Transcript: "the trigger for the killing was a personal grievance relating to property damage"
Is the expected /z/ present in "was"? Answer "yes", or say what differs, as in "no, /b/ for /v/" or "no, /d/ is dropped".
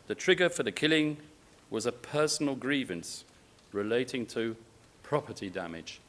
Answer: yes